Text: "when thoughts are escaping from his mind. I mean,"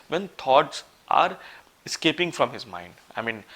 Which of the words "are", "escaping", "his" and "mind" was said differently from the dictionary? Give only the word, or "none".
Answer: none